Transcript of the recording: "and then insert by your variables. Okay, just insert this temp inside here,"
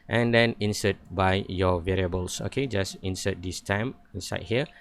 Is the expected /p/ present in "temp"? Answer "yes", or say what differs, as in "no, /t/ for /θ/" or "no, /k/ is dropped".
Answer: no, /p/ is dropped